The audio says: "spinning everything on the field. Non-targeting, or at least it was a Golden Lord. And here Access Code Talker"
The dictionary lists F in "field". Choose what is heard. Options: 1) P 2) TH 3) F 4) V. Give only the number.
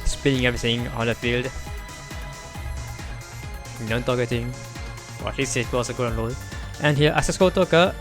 3